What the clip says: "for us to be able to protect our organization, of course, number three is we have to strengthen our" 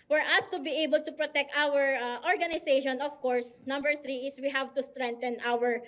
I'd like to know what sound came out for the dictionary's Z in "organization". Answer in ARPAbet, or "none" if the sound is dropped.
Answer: S